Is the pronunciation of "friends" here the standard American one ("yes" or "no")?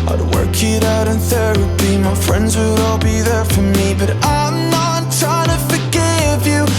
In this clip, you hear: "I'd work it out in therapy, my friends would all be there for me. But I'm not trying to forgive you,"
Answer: yes